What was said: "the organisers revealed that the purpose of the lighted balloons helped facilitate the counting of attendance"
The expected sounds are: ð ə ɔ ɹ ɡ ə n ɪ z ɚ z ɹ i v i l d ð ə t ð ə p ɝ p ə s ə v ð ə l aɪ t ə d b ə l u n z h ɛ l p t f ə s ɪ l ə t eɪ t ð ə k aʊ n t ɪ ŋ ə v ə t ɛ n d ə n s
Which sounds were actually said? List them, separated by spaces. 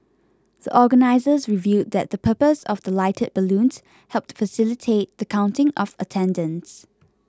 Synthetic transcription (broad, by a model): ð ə ɔ ɡ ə n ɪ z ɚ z ɹ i v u d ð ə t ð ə p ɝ p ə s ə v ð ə l aɪ t ə d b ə l u n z h ɛ l p t f ə s ɪ l ə t eɪ t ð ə k aʊ n t ɪ ŋ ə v ə t ɛ n d ə n s